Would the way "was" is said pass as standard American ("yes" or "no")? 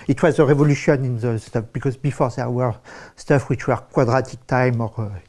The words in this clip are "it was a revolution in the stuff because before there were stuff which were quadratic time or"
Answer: yes